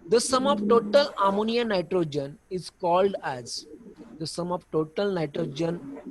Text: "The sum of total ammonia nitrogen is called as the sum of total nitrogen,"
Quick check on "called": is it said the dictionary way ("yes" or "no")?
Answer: yes